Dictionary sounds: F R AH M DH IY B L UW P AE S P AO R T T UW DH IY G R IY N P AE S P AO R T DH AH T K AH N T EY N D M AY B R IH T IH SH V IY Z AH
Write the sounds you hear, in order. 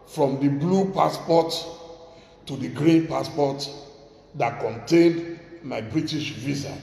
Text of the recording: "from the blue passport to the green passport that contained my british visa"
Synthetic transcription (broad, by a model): F R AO M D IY B L UW P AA S P AO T T UW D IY G R IY N P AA S P AO T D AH T K AH N T EY N D M AY B R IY T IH SH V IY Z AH